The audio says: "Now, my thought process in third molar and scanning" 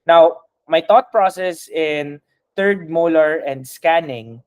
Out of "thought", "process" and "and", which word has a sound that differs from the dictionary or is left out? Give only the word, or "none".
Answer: thought